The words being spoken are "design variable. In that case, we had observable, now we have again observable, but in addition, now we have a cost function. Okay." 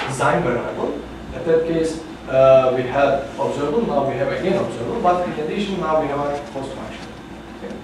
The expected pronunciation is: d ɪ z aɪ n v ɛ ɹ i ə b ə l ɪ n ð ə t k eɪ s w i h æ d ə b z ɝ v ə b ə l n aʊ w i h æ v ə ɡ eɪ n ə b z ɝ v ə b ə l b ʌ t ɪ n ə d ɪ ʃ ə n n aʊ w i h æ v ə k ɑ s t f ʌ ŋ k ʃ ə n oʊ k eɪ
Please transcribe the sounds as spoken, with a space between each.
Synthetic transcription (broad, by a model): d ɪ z aɪ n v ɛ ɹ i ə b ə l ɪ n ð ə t k eɪ s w i h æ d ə b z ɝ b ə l n aʊ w i h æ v ə ɡ eɪ n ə b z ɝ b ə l b ʌ t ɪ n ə d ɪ ʃ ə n n aʊ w i h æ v ə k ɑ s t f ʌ k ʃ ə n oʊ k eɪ